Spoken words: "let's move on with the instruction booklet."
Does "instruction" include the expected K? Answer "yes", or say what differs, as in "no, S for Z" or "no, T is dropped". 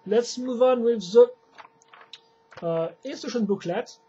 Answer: no, K is dropped